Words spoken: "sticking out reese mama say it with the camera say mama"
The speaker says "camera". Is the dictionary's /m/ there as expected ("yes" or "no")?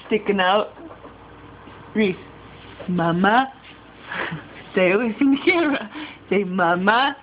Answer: no